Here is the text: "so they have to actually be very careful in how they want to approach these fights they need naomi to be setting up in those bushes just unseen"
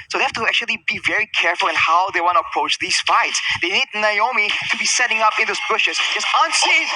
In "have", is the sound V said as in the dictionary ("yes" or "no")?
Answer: no